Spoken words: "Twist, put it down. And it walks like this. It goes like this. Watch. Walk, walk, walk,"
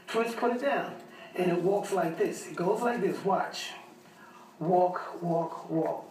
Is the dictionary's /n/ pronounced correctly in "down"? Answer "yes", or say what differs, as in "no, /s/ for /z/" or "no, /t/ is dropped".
yes